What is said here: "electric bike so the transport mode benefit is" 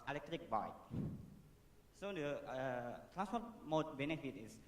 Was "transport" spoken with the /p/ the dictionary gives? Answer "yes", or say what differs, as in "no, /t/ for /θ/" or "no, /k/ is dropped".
no, /p/ is dropped